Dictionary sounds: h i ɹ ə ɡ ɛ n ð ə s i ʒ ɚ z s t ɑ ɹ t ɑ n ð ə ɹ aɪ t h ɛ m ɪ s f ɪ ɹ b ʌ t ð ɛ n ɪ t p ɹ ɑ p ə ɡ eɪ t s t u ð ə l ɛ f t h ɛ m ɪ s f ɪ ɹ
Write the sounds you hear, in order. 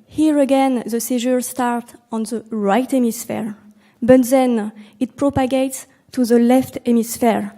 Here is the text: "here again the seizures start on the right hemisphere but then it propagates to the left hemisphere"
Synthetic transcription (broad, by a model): h i ɹ ə ɡ ɛ n ð ə s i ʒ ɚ s t ɑ ɹ t ɑ n ð ə ɹ aɪ t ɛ m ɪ s f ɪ ɹ b ʌ t ð ɛ n ɪ t p ɹ ɑ p ə ɡ eɪ t s t u ð ə l ɛ f t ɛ m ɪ s f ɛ ɹ